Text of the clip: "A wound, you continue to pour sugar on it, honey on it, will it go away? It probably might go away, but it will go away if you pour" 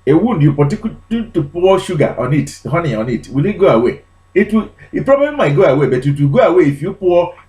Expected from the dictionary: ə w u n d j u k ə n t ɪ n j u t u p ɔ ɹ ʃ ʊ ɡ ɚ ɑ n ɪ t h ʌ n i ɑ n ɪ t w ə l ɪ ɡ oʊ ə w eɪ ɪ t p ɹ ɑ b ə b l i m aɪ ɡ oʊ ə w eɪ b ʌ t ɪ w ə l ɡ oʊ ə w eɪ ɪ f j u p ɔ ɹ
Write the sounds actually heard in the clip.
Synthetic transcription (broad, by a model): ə w u n d j u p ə t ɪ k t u t u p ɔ w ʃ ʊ ɡ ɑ ɑ n ɪ t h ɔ n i ɑ n ɪ t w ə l ɪ ɡ oʊ ə w eɪ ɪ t p ɹ ɑ b ə b l i m aɪ ɡ oʊ ə w eɪ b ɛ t ɪ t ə ɡ oʊ ə w eɪ ɪ f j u p ɔ